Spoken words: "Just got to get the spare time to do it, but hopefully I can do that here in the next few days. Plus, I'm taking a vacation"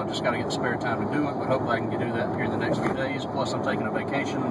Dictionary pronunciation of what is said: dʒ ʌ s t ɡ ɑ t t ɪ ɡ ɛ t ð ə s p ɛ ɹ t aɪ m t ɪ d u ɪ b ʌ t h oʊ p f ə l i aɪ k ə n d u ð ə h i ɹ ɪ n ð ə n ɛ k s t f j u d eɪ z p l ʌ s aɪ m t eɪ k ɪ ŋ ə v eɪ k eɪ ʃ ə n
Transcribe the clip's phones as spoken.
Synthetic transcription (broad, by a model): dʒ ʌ s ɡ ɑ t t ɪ ɡ ɛ t ð ə s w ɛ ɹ t aɪ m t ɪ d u ɪ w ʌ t h oʊ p ə i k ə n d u ð ə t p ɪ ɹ ð ə n ɛ k s t f j u d eɪ z p l ʌ s aɪ m t eɪ k ɪ ŋ ə v eɪ k eɪ ʃ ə n